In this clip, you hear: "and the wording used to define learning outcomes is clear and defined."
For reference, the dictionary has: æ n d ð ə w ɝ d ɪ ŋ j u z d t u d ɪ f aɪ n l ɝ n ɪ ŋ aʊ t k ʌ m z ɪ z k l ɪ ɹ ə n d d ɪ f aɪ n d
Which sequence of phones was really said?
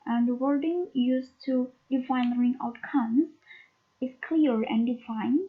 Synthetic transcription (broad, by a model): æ n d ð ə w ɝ d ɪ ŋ j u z t u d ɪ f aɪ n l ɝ ɪ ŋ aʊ t k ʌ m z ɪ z k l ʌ ɹ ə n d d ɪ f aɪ n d